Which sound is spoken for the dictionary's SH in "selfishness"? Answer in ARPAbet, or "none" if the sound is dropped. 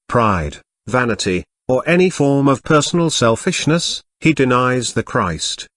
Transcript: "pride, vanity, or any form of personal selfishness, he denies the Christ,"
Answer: SH